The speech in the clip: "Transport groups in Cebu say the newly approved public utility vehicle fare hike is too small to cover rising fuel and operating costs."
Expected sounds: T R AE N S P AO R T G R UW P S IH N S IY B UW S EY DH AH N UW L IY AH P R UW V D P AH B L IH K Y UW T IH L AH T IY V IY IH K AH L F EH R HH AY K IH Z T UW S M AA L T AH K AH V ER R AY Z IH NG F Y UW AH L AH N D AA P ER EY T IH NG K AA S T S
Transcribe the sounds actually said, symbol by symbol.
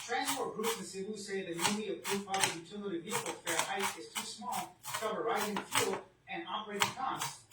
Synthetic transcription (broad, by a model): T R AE N S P AO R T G R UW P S IH N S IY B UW S EY DH AH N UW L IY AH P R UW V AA L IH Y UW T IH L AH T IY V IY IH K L F EH R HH AY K IH Z T UW S M AA L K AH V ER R AY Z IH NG F Y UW L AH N AA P ER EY T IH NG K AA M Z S